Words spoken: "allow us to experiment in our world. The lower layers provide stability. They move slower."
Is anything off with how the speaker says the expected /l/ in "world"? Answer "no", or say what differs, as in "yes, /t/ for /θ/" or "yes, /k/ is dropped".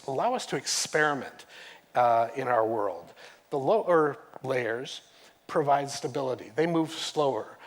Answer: no